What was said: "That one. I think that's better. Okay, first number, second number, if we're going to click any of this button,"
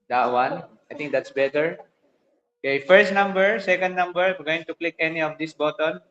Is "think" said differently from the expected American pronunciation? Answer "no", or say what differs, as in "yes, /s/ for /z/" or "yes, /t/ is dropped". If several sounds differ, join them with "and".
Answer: yes, /t/ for /θ/